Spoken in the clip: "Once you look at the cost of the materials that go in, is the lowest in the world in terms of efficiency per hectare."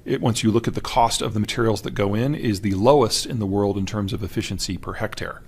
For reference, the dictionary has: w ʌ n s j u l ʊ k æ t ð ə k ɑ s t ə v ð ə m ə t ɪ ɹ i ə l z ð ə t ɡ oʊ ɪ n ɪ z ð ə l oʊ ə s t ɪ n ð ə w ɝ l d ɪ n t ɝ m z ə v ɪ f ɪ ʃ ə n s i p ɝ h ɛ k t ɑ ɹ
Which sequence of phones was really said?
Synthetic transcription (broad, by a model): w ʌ n s j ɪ l ʊ k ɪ t ð ə k ɑ s t ə v ð ə m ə t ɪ ɹ i l z ð ə t ɡ oʊ ɪ n ɪ z ð ə l oʊ ə s t ɪ n ð ə w ɝ l d ɪ n t ɝ m z ə v ɪ f ɪ ʃ ə n s i p ɝ h ɛ k t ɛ ɹ